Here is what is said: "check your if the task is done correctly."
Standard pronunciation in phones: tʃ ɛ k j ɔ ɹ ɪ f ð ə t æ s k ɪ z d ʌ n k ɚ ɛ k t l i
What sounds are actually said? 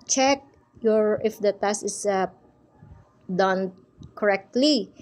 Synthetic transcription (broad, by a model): tʃ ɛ k j ɔ ɹ ɪ f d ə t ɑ s ɪ s d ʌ n k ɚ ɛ k t l i